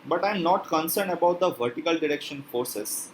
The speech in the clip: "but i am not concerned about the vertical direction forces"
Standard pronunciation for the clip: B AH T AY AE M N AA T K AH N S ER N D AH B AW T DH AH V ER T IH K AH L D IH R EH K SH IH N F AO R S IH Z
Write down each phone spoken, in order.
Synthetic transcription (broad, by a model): B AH T AY M N AA T K AH N S ER N D AH B AW T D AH V ER T IH K AH L D IH R EH K SH IH N F AO R S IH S